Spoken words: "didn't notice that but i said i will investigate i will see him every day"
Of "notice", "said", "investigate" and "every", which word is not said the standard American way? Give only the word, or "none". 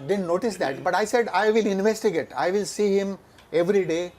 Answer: none